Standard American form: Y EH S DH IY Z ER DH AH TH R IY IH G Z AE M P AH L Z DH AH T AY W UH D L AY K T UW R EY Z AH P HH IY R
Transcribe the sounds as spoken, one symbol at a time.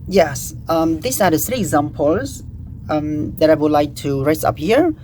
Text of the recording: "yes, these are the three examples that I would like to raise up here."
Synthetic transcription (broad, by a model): Y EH S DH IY S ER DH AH TH R IY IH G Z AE M P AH L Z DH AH T AY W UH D L AY K T UW R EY S AH P HH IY R